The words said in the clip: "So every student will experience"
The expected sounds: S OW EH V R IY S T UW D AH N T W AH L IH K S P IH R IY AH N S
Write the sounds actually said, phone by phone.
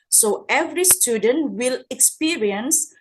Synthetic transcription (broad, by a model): S OW EH V R IY S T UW D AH N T W AH L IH K S P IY R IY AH N S